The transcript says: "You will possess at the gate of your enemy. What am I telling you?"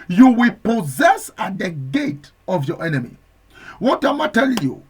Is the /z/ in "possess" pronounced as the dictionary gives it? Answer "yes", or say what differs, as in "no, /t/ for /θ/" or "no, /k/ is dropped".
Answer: yes